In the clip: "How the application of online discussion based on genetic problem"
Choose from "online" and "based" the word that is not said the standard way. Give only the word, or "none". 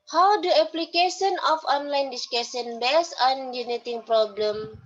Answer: based